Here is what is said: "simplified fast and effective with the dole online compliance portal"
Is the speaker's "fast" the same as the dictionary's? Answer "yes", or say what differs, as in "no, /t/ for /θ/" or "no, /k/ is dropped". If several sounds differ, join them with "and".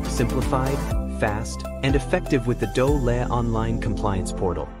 yes